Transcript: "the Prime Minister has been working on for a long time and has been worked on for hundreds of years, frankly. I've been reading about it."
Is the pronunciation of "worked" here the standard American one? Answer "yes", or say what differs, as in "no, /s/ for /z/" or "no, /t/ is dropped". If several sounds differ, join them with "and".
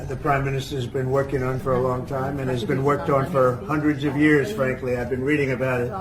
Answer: yes